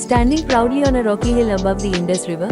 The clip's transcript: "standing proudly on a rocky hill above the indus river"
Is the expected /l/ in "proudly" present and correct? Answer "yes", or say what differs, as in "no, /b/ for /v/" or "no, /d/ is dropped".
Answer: no, /l/ is dropped